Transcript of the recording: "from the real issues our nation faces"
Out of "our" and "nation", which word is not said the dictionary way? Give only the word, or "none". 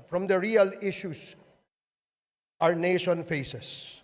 none